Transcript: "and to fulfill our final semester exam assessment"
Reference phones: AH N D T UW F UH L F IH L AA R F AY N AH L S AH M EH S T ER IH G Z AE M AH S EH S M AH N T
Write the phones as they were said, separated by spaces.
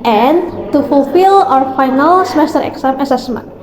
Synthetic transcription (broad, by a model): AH N T UW F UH L F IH L AA R F AY N AH L S AH M EH S T ER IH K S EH M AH S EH S M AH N